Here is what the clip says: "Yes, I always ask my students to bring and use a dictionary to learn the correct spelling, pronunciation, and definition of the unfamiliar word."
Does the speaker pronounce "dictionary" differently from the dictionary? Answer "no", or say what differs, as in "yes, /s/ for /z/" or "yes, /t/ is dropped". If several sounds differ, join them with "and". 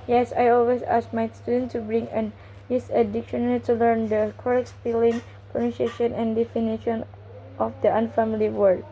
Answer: yes, /l/ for /ɹ/